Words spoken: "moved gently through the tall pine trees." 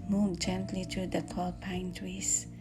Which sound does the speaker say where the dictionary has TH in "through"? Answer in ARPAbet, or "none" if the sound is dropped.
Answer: T